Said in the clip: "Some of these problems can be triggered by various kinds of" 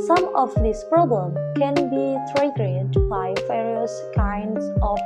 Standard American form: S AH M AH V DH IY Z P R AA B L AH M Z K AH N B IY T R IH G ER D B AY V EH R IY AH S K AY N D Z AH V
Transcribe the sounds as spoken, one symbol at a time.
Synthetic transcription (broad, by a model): S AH M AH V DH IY S P R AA B L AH M K AH N B IY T R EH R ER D B AY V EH R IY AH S K AY N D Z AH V